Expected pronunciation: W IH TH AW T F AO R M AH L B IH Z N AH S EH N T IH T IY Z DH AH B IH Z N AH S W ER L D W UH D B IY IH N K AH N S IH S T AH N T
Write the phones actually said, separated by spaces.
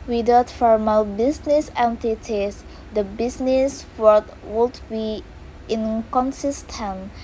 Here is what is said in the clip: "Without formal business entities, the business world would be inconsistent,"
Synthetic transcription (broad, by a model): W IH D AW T F AO R M AH L B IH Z N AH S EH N T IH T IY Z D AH B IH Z N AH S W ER D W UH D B IY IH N K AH N S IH S T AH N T